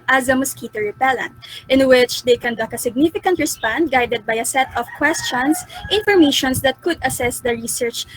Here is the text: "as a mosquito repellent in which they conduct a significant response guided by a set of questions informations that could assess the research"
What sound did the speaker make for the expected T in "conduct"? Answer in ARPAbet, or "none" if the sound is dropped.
none